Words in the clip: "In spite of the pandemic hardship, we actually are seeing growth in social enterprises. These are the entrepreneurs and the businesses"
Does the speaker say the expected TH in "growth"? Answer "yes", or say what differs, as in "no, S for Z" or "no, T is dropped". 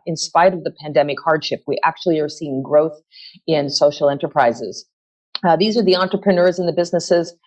yes